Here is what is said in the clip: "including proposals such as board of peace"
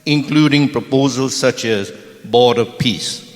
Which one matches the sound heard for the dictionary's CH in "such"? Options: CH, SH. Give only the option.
CH